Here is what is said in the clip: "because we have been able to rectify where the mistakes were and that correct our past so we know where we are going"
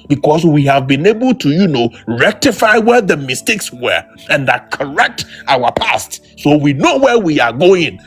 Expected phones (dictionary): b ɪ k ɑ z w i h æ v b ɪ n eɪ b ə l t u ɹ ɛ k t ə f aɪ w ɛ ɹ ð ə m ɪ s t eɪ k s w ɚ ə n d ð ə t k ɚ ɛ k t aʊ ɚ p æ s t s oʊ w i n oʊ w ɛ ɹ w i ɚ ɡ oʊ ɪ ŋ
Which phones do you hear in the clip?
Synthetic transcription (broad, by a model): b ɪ k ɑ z w i h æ v b ɪ n eɪ b ə l t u ɹ ɛ k t ə f aɪ w ɛ ɹ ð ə m ɪ s t eɪ k s w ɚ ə n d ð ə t k ɚ ɛ k t aʊ ɚ p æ s t s oʊ w i n oʊ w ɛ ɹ w i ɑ ɡ oʊ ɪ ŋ